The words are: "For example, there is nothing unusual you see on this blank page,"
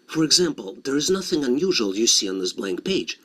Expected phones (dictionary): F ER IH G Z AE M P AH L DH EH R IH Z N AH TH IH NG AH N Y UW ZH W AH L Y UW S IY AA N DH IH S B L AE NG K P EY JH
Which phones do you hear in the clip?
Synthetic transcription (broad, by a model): F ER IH G Z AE M P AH L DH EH R IH Z N AH TH IH NG AH N Y UW ZH W AH L Y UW S IY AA N DH IH S B L AE NG K P EY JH